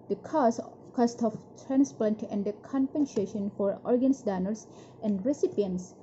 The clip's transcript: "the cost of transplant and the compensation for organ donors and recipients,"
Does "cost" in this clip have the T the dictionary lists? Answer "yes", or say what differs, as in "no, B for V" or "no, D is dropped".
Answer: yes